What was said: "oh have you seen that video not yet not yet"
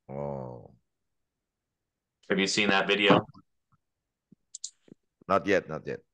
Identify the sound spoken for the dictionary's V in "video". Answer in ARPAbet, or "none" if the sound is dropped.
V